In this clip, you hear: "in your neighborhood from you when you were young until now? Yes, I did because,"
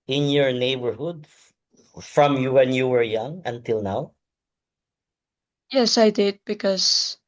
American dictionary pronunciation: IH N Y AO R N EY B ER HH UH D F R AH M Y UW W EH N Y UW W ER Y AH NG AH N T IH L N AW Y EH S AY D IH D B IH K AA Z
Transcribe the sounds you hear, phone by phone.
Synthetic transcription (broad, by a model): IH N Y AO R N EY B ER HH UH D F R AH M Y UW W EH N Y UW W ER Y AH NG AH N T IH L N AW Y EH S AY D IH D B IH K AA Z